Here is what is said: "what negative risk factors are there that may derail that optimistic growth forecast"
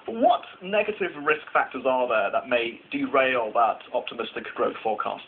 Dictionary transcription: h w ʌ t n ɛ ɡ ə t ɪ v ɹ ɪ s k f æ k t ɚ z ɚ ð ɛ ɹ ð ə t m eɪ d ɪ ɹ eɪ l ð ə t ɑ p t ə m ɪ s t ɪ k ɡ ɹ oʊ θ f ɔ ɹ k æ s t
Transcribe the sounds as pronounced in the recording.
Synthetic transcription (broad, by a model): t w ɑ t n ɛ ɡ ə t ɪ v ɹ ɪ s k f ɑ k t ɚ z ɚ ð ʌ ð ə t m eɪ d ɪ ɹ eɪ l ð ə t ɑ p t ə m ɪ s t ɪ k ɡ ɹ oʊ θ f ɔ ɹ k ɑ s t